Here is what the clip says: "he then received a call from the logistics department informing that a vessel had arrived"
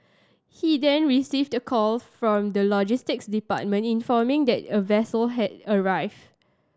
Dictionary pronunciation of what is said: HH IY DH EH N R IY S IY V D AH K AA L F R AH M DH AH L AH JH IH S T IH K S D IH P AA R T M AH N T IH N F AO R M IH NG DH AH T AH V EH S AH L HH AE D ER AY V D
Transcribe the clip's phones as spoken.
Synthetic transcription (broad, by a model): HH IY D EH N R IY S IY V D AH K AA L F R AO M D AH L AH JH IH S T IH K S D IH P AA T M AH N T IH N F AO M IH NG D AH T AH V EH S AH L HH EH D ER AY V D